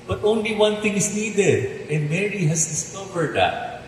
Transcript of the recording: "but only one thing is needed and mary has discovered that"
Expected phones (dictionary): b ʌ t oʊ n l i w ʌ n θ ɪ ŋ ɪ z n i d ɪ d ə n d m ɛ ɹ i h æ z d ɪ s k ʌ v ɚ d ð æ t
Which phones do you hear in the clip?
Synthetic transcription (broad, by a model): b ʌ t oʊ n l i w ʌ n t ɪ ŋ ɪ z n i d ɪ d ə n d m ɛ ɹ i h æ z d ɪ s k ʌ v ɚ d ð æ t